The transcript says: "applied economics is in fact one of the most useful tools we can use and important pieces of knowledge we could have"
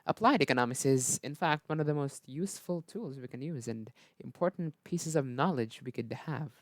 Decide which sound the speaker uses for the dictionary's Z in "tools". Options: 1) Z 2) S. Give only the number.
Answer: 1